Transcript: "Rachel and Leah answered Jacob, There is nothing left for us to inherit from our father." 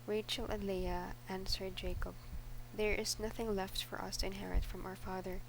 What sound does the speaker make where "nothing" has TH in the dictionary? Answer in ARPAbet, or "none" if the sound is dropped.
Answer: TH